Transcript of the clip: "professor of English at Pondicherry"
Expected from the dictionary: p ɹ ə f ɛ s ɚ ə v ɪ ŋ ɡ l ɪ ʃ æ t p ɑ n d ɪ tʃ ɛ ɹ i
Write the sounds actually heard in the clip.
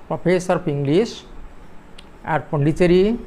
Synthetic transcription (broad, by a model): p ɹ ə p ɛ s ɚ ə p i ŋ ɡ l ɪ s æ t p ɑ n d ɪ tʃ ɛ ɹ i